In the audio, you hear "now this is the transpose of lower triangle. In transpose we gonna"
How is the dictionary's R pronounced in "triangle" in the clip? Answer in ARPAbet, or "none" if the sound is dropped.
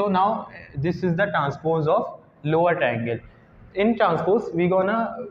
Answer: none